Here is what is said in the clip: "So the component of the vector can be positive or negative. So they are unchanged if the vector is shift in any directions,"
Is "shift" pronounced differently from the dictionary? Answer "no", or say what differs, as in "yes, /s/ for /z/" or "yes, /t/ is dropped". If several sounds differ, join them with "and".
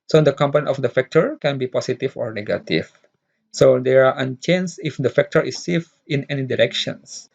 yes, /t/ is dropped